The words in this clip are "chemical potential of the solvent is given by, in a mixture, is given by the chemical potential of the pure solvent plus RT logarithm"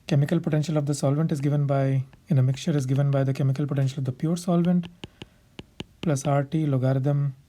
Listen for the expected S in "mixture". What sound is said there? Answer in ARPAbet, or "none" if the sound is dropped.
none